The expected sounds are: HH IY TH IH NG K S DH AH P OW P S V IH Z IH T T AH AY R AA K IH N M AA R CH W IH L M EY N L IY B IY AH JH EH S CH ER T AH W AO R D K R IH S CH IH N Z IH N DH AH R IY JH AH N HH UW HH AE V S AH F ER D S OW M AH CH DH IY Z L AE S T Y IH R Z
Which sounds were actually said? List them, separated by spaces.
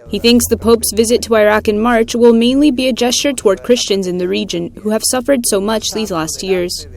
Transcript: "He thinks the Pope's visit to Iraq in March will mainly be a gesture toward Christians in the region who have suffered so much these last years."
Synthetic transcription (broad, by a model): HH IY TH IH NG K S DH AH P OW P S V IH Z IH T T AH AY R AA K IH N M AA R CH W IH L M EY N L IY B IY AH JH EH S CH ER T AH W AO R D K R IH S CH IH N Z IH N DH AH R IY JH AH N HH UW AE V S AH F ER D S OW M AH CH DH IY Z L AE S T Y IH R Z